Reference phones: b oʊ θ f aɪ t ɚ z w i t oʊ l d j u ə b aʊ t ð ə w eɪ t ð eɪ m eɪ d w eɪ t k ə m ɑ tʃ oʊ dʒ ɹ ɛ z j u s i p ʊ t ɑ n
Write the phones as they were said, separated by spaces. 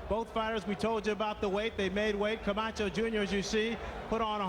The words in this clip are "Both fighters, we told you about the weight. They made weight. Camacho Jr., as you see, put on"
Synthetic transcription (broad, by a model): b oʊ θ f aɪ t ɚ z w i t oʊ l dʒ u ə b aʊ t ð ə w eɪ t ð eɪ m eɪ d w eɪ t k ə m ɑ tʃ oʊ dʒ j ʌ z j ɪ s i p ʊ t n